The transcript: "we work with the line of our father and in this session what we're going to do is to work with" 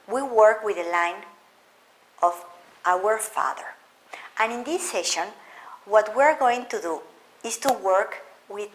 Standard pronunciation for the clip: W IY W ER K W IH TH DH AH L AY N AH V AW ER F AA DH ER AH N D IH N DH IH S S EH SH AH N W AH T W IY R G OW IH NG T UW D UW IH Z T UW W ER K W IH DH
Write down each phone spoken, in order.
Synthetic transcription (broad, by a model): W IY W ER K W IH DH AH L AY N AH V AW ER F AA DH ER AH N IH N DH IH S S EH SH AH N W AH T W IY R G OW IH NG T UW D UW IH S T UW W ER K W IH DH